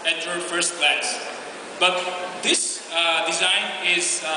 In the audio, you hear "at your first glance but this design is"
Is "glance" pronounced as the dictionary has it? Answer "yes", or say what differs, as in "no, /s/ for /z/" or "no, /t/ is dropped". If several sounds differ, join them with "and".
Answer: no, /n/ is dropped